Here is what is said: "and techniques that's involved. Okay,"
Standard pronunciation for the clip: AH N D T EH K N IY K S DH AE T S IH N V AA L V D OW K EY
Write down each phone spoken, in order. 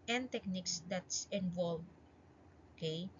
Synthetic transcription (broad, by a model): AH N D T EH K N IY K S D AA T S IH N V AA L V OW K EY